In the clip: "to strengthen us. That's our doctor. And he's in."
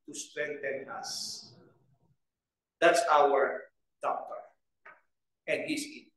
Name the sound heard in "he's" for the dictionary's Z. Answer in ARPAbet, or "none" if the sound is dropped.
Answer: S